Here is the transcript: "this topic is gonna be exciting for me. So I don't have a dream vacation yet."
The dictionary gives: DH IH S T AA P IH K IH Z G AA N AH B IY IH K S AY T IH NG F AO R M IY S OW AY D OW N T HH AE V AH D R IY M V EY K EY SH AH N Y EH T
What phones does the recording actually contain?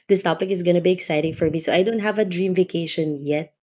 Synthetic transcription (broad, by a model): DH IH S T AA P IH K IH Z G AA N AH B IY IH K S AY T IH NG F AO R M IY S OW AY D OW N T HH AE V AH D R IY M V EY K EY SH AH N Y EH T